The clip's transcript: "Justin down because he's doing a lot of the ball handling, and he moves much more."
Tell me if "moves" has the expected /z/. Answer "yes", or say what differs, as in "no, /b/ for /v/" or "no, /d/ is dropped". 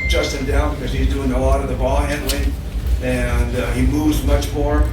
yes